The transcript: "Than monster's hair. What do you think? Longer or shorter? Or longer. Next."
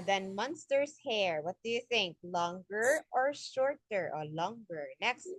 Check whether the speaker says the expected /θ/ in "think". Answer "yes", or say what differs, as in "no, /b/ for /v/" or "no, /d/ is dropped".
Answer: yes